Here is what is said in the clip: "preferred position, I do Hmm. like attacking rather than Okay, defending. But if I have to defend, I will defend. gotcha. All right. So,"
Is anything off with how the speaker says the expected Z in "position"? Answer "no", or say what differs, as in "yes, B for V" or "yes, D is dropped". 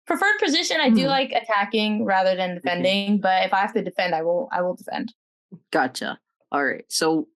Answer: no